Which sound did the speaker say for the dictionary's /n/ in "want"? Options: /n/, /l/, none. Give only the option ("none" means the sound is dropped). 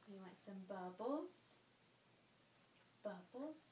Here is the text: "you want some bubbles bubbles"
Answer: none